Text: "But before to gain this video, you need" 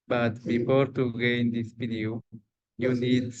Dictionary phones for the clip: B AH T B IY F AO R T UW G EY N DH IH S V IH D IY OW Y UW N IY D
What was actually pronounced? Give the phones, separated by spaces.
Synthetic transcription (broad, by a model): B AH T B IY F AO R T UW G EY N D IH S B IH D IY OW Y UW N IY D